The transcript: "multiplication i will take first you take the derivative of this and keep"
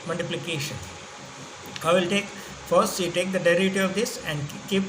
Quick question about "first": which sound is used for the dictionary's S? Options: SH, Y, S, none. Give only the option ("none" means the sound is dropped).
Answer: S